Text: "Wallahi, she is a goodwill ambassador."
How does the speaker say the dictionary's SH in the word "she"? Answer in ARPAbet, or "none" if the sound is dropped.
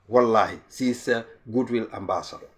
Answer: S